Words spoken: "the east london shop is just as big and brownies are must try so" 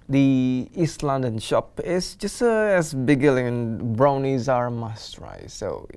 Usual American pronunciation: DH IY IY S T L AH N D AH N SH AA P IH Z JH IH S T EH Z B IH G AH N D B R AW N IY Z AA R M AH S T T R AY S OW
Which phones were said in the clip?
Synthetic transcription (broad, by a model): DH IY IY S T L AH N D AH N SH AA P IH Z JH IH S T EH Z B IH G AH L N B R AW N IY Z AA R M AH S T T R AY S OW